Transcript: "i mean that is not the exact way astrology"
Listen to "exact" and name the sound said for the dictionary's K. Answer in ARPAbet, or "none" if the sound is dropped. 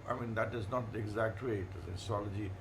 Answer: K